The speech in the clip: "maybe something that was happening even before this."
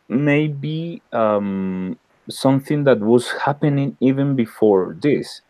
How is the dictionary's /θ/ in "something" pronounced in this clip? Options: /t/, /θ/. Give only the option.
/θ/